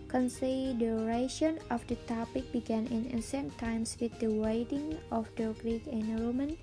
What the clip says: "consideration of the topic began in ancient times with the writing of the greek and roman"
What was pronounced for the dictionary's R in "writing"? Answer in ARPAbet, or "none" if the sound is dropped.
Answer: W